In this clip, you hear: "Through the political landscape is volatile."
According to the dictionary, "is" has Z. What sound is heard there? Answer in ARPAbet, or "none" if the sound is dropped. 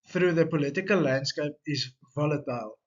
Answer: S